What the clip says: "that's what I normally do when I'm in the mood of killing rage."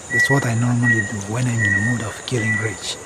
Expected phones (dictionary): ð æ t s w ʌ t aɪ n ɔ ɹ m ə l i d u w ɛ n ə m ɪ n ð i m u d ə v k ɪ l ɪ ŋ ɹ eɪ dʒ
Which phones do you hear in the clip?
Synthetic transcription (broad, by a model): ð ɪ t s w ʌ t aɪ n ɔ ɹ m ə l i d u w ɛ n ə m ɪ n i m u d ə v k ɪ l ɪ ŋ ɹ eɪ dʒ